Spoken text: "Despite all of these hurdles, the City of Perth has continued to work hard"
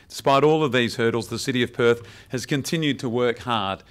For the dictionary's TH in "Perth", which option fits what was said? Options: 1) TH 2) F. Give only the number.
1